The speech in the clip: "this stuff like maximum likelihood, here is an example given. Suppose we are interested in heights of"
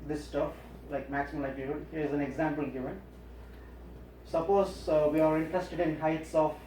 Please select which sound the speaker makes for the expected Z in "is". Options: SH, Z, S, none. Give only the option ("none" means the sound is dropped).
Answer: Z